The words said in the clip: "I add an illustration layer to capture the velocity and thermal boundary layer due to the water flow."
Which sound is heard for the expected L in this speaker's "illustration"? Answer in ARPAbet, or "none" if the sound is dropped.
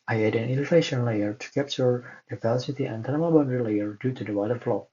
N